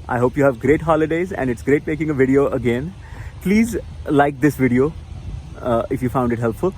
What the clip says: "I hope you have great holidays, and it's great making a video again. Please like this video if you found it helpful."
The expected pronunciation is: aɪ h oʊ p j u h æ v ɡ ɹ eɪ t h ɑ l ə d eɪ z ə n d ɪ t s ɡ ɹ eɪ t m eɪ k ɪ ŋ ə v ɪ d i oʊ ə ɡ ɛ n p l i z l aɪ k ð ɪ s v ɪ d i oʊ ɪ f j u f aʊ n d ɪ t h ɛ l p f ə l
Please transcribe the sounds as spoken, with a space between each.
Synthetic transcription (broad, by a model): aɪ h oʊ p j u h æ v ɡ ɹ eɪ t h ɑ l ə d eɪ z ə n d ɪ t s ɡ ɹ eɪ t m eɪ k ɪ ŋ ə v ɪ d i oʊ ə ɡ ɛ n p l i z l aɪ k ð ɪ s v ɪ d i oʊ ɪ f j u f aʊ n d ɪ t h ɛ l p f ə l